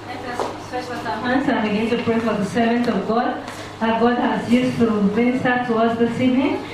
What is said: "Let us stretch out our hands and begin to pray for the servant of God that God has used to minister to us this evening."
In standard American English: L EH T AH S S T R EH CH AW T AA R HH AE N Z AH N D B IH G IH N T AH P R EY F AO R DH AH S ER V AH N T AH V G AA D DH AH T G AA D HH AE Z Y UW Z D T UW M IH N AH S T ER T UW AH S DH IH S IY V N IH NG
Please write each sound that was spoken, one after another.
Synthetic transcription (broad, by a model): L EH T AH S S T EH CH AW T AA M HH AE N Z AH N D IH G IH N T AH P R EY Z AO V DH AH S ER V AH N T AH V G AA D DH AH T G AA D HH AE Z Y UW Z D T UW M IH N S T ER T UW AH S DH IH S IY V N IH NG